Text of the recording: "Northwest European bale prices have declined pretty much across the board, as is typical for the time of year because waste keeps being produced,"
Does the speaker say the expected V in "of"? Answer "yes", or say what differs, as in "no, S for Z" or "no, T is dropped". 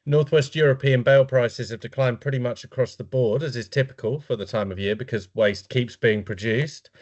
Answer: yes